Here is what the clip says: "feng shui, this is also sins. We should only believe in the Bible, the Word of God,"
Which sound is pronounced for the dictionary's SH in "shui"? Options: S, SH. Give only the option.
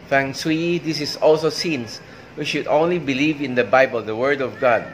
S